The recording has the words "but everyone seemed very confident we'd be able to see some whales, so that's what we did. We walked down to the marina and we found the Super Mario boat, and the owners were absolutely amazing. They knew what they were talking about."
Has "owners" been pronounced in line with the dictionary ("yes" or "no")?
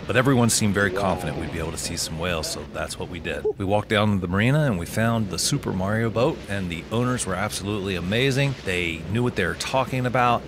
yes